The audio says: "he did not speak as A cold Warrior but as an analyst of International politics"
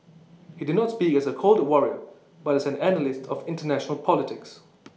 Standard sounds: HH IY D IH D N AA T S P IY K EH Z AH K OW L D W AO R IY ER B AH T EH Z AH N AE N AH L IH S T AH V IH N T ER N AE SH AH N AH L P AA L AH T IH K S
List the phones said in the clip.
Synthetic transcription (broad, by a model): HH IY D IH D N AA T S P IY K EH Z AH K OW L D W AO R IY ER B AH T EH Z AH N AE N AH L IH S T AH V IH N T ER N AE SH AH N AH L P AA L AH T IH K S